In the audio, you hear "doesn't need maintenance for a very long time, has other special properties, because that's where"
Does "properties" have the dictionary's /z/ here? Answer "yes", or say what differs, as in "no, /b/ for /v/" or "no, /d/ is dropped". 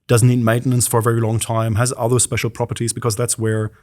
yes